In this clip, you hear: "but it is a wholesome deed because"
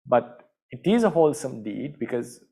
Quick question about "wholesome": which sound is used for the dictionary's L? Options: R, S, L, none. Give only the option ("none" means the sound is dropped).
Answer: L